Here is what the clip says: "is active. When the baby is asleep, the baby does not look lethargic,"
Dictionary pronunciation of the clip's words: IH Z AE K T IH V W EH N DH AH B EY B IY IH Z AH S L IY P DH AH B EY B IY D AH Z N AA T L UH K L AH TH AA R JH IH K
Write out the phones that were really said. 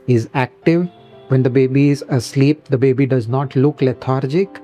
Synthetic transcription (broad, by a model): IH Z AE K T IH V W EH N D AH B EY B IY IH Z AH S L IY P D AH B EY B IY D AH Z N AA T L UH K L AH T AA R JH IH K